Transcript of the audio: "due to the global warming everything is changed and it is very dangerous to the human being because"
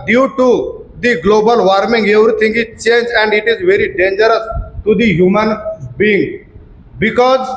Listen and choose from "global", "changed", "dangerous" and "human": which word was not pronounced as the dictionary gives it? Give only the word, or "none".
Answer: changed